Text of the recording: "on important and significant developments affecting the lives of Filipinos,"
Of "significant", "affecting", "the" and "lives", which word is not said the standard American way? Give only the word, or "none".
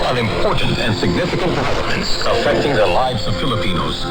none